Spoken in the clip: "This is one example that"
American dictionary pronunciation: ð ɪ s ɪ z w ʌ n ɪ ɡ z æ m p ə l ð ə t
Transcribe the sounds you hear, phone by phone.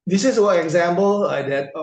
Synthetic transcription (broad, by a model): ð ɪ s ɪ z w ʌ ɪ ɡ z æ m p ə l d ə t